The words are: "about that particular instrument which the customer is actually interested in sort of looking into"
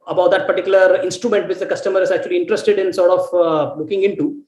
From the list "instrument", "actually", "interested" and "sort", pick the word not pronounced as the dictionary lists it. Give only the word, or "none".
none